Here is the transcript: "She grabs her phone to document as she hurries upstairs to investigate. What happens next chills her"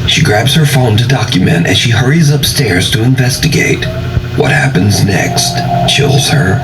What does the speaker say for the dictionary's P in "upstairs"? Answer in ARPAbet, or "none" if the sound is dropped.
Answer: P